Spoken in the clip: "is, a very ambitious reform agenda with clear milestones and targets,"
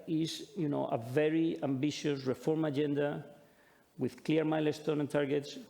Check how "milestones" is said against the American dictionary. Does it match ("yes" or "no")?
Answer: no